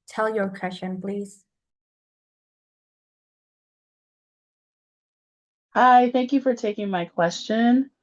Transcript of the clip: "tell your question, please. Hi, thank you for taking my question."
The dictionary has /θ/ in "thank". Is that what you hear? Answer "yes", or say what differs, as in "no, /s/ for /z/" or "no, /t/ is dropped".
yes